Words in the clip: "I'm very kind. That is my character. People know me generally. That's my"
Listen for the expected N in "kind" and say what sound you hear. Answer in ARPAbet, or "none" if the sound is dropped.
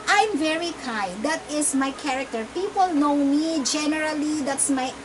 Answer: none